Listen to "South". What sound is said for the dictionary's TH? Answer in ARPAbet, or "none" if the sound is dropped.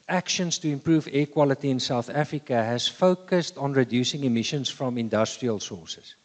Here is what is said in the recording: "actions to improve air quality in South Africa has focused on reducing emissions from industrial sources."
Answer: TH